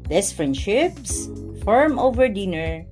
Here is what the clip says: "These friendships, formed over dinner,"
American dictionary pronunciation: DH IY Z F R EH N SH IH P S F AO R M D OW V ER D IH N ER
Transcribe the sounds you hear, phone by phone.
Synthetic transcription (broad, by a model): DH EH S F R EH N SH IH P S F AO R M OW V ER D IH N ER